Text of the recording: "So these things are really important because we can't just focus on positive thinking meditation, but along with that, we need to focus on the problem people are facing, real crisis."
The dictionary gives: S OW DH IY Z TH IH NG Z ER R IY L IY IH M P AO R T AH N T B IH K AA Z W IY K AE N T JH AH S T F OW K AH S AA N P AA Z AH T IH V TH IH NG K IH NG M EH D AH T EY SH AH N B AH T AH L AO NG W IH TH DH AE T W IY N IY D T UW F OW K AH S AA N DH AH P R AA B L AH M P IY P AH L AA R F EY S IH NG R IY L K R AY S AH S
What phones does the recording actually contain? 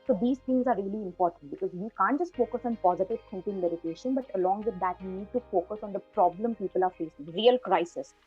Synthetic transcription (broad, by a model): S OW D IY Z T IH NG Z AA R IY L IY IH M P AO R T AH N T B IH K AA Z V IY K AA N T JH AH S T F OW K AH S AA N P AA Z AH T IH V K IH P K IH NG M EH D AH T EY SH AH N B AH T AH L AO NG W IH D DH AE T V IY N IY D T UW F OW K AH S AA N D AH P R AA B L AH M P IY P AH L AA R F EY S IH NG R IY L K R AY S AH S